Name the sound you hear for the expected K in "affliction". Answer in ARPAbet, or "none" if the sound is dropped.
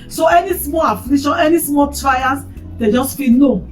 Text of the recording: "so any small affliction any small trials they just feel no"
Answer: none